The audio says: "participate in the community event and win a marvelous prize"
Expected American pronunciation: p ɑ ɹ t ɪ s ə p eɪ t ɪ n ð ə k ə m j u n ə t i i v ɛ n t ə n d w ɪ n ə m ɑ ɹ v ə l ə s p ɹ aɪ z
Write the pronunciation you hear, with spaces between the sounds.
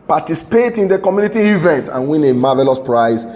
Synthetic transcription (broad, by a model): p ɑ t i s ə p eɪ t ɪ n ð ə k ə m j u n ə t i i v ɛ n t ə n w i n ə m ɑ v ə l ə s p ɹ aɪ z